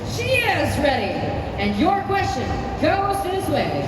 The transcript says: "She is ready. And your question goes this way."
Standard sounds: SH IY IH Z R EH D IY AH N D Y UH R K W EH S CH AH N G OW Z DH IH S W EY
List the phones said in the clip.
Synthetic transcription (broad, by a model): SH IY IH Z R EH D IY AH N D Y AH R K W EH S CH AH N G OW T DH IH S W EY